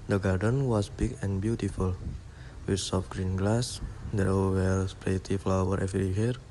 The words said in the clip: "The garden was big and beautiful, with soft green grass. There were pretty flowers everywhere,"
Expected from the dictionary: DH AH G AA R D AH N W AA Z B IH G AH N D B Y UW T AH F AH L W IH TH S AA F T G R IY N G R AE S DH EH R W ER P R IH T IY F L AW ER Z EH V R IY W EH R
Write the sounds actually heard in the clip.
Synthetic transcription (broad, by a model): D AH G AA R D AH N W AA S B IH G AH N B Y UW T AH F AH L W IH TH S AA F G R IY N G L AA S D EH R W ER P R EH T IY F L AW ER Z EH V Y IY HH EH R